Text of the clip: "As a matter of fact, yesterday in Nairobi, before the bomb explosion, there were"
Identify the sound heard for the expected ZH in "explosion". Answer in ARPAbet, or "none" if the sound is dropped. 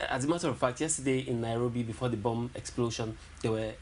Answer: SH